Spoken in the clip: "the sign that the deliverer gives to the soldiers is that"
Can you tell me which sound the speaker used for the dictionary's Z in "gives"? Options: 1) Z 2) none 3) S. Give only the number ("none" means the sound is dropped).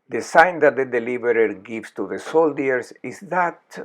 3